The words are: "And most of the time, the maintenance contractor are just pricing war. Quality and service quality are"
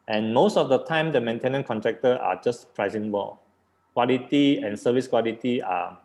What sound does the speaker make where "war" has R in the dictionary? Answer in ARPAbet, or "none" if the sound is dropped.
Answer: L